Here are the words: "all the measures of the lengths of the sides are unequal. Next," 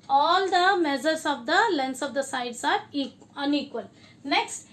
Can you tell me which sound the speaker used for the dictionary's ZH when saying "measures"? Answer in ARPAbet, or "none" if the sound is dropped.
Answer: Z